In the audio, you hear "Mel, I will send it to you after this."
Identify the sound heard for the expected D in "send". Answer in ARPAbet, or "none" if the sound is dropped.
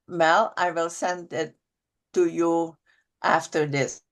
D